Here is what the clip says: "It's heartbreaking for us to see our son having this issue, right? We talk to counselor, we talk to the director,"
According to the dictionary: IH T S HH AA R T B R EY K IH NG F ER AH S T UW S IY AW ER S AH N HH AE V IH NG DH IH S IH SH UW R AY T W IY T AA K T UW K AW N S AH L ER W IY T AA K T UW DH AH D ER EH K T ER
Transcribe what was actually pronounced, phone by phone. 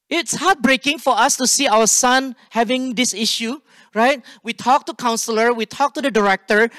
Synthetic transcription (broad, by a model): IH T S HH AA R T B R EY K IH NG F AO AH S T UW S IY AW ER S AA N HH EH V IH NG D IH S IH SH UW R AY T W IY T AA K T UW K AW N S AH L ER W IY T AA K T UW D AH D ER EH K T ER